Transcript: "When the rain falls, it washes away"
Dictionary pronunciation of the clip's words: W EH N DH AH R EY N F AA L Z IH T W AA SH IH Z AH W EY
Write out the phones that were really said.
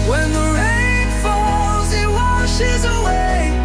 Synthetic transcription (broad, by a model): W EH N DH AH R EY N F AA L Z IH T W AA SH IH Z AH W EY